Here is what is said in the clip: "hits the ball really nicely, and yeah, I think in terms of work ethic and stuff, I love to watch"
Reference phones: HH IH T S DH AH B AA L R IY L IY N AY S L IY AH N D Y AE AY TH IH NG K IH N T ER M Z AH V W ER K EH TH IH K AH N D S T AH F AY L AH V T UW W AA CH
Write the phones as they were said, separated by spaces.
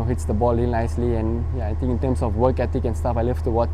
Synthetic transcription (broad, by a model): HH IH T S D AH B AA L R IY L N AY S L IY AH N Y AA AY T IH NG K IH N T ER M S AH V W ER K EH T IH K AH N S T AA F AY L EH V T UW W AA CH